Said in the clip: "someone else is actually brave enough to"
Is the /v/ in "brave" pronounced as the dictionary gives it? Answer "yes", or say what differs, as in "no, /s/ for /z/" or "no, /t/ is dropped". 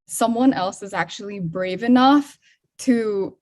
yes